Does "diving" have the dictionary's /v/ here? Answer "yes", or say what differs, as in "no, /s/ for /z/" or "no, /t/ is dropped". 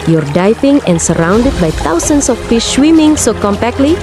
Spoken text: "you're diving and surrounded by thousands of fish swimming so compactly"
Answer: no, /f/ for /v/